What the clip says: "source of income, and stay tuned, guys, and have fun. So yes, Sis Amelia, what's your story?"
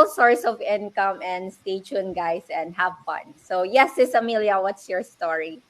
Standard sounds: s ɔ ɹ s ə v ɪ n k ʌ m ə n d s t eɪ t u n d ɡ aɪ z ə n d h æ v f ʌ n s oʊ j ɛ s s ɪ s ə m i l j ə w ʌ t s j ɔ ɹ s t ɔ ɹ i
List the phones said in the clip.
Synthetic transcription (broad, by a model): s ɔ ɹ s ə v ɪ n k ʌ m ə n d s t eɪ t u n ɡ aɪ s ə n d h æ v f ʌ n s oʊ j ɛ s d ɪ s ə m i l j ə w ʌ t s j ɔ ɹ s t ɔ ɹ i